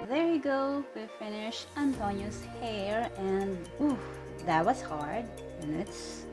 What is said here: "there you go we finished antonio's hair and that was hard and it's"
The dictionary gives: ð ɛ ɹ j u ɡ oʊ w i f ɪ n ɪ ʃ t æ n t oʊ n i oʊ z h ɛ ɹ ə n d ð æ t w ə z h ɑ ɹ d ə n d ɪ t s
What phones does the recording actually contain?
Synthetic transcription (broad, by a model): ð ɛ ɹ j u ɡ oʊ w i f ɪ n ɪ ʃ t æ n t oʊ n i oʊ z h ɛ ɹ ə n d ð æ t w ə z h ɑ ɹ d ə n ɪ t s